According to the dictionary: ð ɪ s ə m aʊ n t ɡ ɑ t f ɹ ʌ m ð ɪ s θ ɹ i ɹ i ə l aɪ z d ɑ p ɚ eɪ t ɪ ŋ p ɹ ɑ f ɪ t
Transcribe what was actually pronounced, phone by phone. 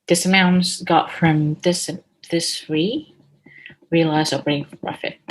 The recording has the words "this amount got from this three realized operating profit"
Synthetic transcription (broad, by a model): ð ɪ s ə m aʊ n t ɡ ɑ t f ɹ ʌ m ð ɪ s s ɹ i ɹ i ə l aɪ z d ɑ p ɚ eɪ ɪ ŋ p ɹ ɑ f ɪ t